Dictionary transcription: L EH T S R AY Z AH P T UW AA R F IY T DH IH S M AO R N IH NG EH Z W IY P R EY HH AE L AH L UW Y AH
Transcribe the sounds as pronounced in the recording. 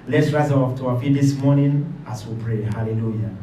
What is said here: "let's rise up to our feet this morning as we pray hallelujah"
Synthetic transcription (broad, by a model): L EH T S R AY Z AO F T UW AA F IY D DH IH S M AO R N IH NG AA S W IY P R EY HH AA L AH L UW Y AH